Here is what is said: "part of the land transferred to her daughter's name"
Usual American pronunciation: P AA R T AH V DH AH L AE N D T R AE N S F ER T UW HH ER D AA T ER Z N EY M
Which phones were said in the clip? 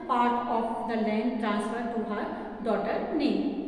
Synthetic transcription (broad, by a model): P AA R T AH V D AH L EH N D T R AE N S F ER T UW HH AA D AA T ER N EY